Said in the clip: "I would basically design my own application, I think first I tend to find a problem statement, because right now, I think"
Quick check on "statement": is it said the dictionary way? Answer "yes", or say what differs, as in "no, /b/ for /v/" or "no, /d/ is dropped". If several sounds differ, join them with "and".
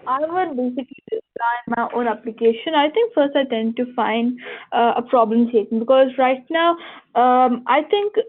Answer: no, /m/ is dropped